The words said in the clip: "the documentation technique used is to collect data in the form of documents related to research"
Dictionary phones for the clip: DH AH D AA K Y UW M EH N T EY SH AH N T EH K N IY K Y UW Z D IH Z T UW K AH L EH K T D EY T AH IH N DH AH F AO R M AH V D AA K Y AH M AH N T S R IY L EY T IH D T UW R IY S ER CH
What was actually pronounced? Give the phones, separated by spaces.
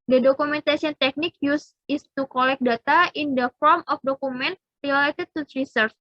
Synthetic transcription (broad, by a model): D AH D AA K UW M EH N T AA S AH N T EH K N IY K Y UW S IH S T UW K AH L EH K D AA T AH IH N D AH F AO R M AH F D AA K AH M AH N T R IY L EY T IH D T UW R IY S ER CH